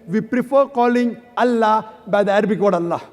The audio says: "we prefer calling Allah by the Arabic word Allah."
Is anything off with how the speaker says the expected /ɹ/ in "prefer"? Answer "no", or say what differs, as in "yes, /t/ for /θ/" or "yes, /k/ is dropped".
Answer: no